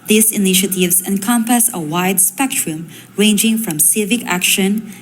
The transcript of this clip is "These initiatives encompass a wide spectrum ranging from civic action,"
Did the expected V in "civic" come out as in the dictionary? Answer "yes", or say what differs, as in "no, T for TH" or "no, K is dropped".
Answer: yes